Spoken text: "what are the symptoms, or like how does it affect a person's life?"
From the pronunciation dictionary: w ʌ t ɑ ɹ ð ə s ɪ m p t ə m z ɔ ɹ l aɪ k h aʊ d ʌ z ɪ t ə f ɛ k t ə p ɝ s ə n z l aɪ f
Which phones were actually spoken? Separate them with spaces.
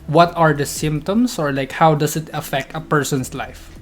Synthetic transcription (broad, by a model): w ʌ t ɑ ɹ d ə s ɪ m p t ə m s ɔ ɹ l aɪ k h aʊ d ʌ s ɪ t ə f ɛ k t ə p ɝ s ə n s l aɪ f